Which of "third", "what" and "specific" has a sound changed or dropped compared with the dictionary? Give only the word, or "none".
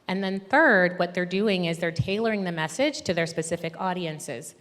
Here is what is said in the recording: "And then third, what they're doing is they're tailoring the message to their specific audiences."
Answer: none